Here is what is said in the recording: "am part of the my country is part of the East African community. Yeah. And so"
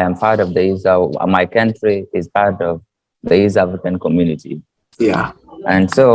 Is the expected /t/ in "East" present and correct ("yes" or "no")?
no